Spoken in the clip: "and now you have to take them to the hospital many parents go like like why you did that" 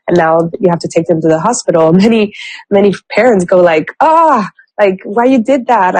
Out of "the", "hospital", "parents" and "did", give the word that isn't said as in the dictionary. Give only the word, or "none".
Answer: hospital